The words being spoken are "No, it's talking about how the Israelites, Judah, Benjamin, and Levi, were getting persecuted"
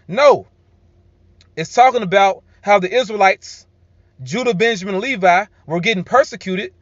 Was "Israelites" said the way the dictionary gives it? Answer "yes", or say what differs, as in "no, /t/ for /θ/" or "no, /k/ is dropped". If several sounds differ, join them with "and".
yes